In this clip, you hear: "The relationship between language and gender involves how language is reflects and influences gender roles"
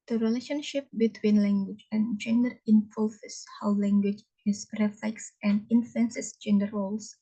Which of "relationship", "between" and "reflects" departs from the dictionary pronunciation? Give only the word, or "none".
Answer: none